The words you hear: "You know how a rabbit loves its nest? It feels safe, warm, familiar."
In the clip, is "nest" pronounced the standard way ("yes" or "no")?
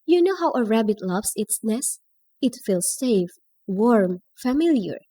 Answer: no